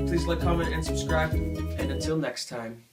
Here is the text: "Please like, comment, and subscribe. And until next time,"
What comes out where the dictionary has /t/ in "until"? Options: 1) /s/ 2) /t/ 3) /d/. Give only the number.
2